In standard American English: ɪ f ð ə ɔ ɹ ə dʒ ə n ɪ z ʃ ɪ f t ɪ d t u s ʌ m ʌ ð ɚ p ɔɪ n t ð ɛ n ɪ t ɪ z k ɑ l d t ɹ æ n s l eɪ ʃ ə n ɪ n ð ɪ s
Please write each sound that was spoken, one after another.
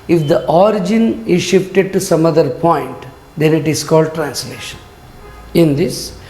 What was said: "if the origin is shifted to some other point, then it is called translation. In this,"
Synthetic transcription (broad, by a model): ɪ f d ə ɔ ɹ ə dʒ ə n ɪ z ʃ ɪ f t ɪ d t u s ʌ m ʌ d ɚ p ɔɪ n t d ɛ n ɪ t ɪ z k ɑ l d t ɹ æ n s l eɪ ʃ ə n ɪ n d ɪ s